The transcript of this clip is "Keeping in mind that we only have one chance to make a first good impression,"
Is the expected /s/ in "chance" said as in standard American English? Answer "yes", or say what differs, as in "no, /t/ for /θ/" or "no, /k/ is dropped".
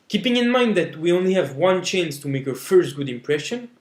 yes